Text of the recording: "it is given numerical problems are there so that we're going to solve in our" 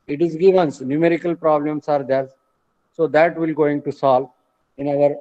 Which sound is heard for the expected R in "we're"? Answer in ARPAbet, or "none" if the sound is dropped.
L